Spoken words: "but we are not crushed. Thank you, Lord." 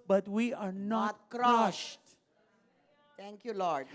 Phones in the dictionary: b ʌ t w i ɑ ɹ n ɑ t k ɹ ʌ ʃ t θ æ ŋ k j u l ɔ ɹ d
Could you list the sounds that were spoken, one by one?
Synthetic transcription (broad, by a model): b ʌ t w i ɑ ɹ n ɑ t k ɹ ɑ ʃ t t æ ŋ k j u l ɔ ɹ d